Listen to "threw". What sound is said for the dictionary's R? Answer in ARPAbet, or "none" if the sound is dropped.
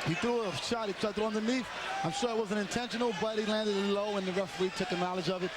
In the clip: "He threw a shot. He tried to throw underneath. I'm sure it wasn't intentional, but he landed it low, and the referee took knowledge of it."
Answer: none